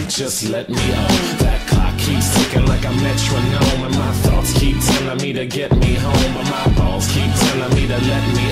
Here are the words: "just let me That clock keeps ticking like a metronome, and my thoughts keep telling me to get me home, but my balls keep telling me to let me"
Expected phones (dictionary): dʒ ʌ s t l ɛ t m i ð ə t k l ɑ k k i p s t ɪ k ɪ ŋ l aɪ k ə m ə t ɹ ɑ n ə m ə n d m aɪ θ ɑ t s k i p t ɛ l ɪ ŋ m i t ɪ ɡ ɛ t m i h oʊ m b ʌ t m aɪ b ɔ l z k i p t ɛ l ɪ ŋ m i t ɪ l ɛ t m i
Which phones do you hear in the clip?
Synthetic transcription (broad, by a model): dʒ ʌ s t l ɛ t m i ð ə t k ɑ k k i p s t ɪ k ɪ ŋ l aɪ k ə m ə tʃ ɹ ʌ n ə m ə n m aɪ θ ɑ t s k i p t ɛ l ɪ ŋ m i t ɪ ɡ ɛ t m i h oʊ m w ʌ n m aɪ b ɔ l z k i p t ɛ n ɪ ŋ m i t ɪ l ɛ t m i